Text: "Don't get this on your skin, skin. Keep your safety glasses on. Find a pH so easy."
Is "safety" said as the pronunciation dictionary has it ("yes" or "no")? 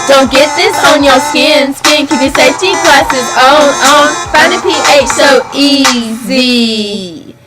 no